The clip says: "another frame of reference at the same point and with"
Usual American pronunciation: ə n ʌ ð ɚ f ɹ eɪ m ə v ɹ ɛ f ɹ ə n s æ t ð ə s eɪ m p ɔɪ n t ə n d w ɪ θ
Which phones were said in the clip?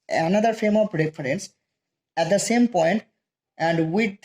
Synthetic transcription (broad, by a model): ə n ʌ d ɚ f eɪ m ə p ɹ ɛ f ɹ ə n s æ t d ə s eɪ m p ɔɪ n t ə n d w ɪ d